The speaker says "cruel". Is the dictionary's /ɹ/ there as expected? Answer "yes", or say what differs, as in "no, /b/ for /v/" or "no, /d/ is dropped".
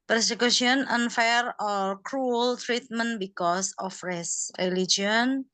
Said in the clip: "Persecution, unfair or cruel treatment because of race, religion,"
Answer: yes